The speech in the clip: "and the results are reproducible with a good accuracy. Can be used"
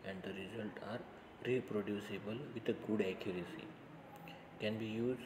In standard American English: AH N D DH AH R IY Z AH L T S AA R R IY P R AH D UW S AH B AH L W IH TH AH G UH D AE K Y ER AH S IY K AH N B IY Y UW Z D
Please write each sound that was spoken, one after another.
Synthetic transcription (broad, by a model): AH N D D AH R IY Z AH L T AA R R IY P R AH D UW S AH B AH L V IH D AH G UH D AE K Y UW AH S IY K AH N B IY Y UW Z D